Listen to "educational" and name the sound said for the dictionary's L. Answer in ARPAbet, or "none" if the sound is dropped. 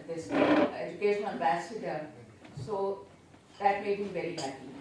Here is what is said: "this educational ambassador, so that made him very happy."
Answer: N